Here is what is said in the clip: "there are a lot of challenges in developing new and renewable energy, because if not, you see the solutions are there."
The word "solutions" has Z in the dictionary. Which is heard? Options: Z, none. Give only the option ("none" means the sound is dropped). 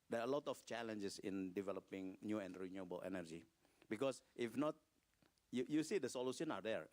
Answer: none